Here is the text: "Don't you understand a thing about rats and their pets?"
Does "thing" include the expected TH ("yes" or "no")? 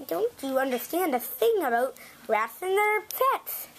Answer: yes